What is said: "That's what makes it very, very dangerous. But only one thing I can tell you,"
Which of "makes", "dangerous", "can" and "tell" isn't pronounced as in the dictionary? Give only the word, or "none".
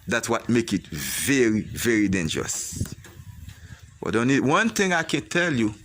makes